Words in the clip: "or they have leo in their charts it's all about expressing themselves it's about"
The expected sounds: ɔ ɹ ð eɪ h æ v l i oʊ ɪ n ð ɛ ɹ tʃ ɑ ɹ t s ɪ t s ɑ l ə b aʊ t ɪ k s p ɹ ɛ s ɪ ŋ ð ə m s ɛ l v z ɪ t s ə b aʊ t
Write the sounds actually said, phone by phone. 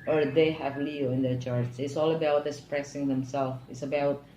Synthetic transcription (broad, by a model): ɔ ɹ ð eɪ h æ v l i oʊ ɪ n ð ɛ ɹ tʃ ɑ ɹ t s ɪ t s ɑ l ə b aʊ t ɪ s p ɹ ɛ s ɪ ŋ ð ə m s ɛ l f ɪ t s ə b aʊ t